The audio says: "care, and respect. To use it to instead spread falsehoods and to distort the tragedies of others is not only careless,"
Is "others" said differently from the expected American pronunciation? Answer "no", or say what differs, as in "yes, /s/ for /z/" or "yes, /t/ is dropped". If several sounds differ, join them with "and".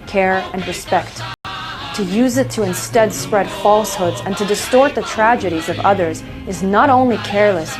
no